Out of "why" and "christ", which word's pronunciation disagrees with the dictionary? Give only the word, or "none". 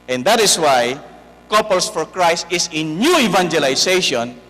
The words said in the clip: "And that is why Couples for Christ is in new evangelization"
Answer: none